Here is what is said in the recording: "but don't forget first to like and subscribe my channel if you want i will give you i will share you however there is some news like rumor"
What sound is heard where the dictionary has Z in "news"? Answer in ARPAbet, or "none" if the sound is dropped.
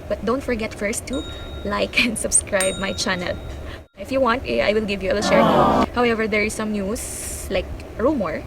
S